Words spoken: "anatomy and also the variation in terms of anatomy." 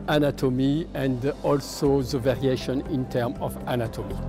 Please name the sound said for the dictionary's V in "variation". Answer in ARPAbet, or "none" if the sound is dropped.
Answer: V